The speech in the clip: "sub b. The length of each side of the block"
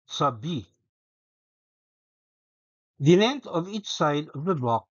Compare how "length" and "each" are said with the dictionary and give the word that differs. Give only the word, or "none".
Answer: length